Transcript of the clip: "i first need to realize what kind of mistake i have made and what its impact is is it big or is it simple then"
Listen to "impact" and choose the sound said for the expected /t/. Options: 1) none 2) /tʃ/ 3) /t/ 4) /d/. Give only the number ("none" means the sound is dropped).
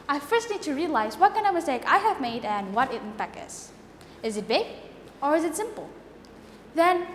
1